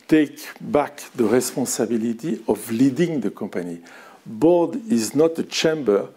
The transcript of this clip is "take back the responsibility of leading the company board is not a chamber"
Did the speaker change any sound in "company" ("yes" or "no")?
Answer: yes